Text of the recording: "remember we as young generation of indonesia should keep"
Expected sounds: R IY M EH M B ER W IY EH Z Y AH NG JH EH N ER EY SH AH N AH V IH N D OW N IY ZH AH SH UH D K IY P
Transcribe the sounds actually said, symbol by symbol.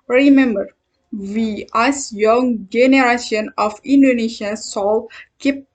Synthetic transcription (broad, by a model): R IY M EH M B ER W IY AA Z Y AH NG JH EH N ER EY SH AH N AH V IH N D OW N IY SH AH S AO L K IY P